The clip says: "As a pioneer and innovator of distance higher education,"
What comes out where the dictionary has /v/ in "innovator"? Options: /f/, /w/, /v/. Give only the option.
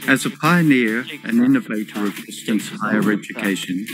/v/